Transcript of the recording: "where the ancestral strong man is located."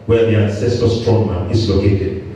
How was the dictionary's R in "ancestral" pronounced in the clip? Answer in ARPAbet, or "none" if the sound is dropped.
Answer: none